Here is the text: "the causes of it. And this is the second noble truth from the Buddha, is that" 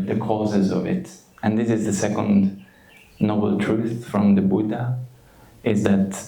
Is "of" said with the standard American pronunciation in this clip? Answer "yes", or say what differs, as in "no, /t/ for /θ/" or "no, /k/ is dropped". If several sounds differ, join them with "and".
yes